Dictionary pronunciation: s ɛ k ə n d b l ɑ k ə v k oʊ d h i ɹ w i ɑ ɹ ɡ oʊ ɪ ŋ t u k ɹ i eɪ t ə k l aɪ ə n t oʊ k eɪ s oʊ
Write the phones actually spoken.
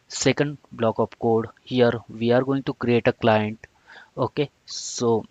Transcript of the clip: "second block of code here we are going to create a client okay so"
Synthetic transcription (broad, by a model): s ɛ k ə n d b l ɑ k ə p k oʊ d h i ɹ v i ɑ ɹ ɡ oʊ ɪ ŋ t u k ɹ i eɪ t ə k l aɪ ə n t oʊ k eɪ s oʊ